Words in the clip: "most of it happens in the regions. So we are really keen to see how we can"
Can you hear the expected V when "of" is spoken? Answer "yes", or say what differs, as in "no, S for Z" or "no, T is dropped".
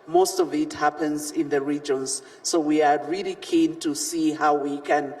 yes